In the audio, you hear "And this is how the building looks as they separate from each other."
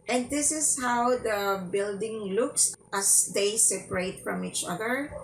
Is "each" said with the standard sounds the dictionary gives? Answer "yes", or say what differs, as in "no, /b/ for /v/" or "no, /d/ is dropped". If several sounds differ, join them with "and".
yes